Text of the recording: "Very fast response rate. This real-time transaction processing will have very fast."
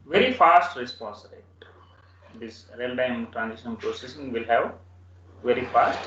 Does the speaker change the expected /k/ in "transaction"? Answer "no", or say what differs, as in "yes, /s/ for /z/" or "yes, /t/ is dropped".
yes, /k/ is dropped